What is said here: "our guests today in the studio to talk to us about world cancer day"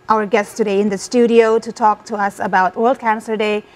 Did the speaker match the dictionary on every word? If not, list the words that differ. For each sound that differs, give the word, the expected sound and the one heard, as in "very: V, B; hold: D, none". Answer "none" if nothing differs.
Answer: none